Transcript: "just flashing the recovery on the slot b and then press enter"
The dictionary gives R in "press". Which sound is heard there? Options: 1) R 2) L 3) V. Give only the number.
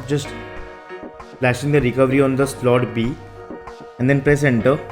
1